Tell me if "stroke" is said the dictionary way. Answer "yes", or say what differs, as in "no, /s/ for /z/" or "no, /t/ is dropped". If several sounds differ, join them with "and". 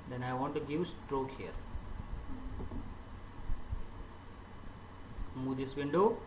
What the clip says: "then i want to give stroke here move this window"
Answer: yes